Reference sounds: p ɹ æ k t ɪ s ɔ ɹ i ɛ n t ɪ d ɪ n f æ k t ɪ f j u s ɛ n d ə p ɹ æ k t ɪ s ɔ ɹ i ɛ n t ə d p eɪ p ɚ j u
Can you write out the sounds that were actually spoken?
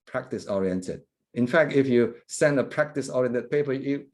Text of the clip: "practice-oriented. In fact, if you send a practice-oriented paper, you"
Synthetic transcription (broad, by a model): p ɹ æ k t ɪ s ɔ ɹ i ɛ n t ɪ d ɪ n f æ k t ɪ f j u s ɛ n d ə p ɹ æ k t ɪ s ɔ ɹ i ɛ n t ə d p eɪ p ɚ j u